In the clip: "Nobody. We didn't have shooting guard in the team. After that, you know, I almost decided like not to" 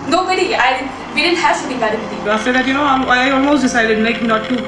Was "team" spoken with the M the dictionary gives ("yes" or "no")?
no